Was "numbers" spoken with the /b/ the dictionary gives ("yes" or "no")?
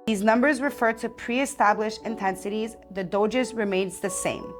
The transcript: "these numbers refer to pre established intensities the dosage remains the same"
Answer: yes